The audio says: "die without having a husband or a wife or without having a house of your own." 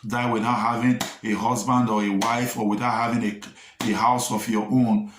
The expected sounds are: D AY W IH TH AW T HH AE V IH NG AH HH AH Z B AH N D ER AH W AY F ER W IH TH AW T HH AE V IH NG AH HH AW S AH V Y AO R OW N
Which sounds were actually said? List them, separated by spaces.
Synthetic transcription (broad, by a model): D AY W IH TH AW T HH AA V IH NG AH HH AH Z B AH N D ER AH W AY F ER W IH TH AW T HH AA V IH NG AH HH AW S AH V Y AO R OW N